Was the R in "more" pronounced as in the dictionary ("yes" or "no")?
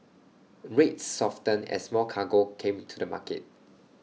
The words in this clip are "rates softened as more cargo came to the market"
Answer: no